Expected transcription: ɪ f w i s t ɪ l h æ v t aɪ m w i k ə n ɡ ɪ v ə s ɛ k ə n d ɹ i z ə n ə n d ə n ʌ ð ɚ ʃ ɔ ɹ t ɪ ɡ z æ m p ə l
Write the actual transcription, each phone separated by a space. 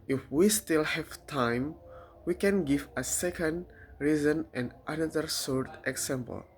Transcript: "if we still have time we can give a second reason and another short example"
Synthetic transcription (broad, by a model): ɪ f w i s t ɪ l h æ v t aɪ m w i k ə n ɡ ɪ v ə s ɛ k ə n d ɹ i z ə n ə n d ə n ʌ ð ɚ s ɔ ɹ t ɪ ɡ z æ m p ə l